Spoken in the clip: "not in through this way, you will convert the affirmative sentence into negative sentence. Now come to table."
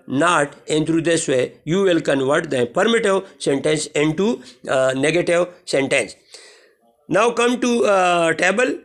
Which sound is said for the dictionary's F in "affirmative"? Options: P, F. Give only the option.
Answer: P